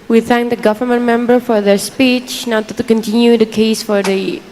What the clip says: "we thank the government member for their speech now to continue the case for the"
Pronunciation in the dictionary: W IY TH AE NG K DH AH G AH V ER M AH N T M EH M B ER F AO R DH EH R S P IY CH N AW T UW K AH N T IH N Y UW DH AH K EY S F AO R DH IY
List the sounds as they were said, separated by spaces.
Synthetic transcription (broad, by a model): W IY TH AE NG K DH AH G AH V ER M AH N T M EH M B ER F AO R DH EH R S P IY CH N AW T UW K AH N T IH N Y UW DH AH K EY S F AO R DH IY